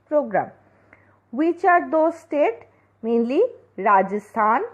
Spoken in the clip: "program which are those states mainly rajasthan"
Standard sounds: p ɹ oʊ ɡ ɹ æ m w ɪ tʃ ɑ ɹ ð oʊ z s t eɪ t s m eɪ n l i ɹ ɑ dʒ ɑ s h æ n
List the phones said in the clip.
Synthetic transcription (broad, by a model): p ɹ oʊ ɡ ɹ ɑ m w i tʃ ɑ ɹ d oʊ s t eɪ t m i l i ɹ ɑ dʒ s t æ n